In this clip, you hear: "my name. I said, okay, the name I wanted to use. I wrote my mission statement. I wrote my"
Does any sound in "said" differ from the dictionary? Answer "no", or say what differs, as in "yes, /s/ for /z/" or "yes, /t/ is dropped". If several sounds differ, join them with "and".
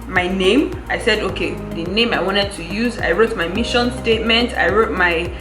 no